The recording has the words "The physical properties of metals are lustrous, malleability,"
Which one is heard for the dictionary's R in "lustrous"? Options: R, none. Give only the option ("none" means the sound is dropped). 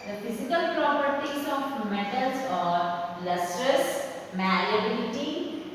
R